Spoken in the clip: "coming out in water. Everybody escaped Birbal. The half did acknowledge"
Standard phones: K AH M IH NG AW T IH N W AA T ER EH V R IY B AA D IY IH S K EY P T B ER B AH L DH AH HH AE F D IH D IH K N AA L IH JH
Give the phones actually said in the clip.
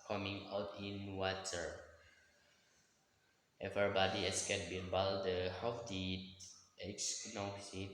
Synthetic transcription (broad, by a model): K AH M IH NG AW T IH N W AA T ER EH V IY B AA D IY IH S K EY T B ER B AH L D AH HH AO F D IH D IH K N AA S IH